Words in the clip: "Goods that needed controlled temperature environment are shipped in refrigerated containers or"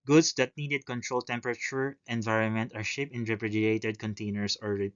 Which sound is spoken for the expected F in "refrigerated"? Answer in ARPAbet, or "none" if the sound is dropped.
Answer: P